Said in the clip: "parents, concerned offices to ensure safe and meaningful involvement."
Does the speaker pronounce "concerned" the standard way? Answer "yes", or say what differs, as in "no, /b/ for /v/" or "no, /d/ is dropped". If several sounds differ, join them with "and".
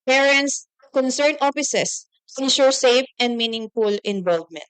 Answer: no, /d/ is dropped